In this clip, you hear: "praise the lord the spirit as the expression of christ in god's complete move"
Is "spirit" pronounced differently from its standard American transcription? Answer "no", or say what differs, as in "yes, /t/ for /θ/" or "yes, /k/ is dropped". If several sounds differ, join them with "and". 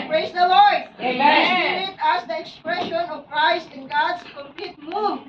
yes, /p/ is dropped